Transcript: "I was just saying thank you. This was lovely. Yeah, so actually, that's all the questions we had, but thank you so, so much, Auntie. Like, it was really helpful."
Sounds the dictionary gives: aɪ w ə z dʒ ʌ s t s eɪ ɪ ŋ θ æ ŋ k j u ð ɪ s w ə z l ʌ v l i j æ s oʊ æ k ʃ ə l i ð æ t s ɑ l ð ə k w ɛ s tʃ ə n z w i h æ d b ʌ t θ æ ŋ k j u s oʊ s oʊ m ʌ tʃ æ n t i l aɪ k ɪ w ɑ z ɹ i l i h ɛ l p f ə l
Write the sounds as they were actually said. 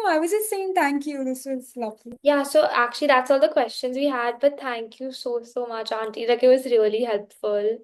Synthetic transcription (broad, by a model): aɪ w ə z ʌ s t s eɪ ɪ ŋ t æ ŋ k j u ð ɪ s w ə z l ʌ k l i j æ s oʊ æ k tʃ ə l i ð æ t s ɑ l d ə k w ɛ s tʃ ə n z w i h æ d b ʌ t t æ ŋ k j u s oʊ s oʊ m ʌ tʃ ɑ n t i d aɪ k ɪ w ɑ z ɹ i l i h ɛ l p f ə l